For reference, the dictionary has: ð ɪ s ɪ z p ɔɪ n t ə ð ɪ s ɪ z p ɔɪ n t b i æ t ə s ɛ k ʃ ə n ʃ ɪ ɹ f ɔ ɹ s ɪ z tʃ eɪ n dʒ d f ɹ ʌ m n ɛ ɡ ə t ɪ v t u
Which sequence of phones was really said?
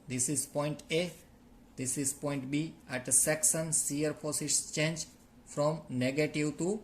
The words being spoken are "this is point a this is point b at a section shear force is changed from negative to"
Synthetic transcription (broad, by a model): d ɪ s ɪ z p ɔɪ n t ə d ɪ s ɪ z p ɔɪ n t b i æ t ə s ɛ k s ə n s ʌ ɹ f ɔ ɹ s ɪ s tʃ eɪ n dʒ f ɹ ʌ m n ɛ ɡ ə t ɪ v t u